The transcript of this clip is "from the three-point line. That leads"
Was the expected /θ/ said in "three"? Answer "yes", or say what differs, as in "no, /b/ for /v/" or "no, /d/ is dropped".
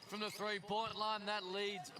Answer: yes